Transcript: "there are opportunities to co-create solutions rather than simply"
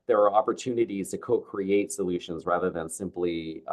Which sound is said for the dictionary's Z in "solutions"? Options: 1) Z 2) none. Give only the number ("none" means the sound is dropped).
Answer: 1